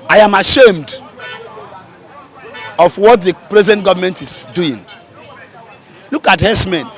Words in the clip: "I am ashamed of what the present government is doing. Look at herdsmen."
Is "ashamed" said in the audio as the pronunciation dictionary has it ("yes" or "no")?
yes